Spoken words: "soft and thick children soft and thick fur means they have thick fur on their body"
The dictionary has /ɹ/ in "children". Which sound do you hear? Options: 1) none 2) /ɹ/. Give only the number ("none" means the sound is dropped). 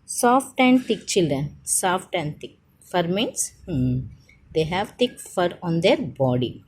2